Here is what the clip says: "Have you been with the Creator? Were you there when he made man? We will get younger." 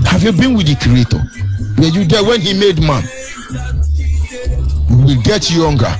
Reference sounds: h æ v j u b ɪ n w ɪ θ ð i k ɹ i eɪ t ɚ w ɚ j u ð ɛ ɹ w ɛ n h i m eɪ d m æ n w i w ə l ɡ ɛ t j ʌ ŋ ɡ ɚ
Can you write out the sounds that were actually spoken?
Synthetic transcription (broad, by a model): h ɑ v j u b ɪ n w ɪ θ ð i k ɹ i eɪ t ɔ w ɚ j u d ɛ w ɛ n h i m eɪ d m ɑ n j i w ə l ɡ ɛ t j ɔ ŋ ɡ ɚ